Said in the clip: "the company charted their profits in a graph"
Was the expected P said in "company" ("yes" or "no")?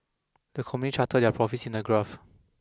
no